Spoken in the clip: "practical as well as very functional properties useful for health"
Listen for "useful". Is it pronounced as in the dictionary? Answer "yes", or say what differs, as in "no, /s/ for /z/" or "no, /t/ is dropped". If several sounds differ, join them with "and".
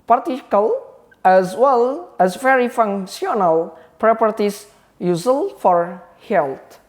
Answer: no, /f/ is dropped